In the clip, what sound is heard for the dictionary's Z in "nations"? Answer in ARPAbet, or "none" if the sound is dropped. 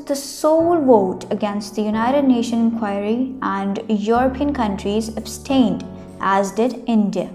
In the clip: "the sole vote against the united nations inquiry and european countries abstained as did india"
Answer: none